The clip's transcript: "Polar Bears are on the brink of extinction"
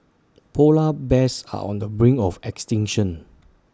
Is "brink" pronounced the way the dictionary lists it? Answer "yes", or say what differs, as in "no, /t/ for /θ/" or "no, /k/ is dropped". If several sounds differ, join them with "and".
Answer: no, /k/ is dropped